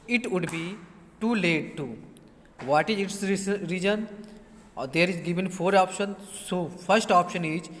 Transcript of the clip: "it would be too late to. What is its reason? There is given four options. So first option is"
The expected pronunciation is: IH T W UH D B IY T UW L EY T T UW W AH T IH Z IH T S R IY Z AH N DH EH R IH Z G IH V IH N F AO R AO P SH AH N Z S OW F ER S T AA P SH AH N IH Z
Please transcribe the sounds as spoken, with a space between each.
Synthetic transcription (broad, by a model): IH T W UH D B IY T UW L EY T T UW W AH T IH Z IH T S R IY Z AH N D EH R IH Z G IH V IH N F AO R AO P SH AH N S OW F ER S T AA P SH AH N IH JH